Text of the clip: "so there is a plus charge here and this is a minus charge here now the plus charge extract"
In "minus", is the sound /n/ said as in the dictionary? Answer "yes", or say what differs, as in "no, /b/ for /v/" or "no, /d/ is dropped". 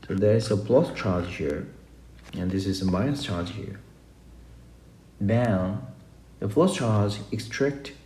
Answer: no, /n/ is dropped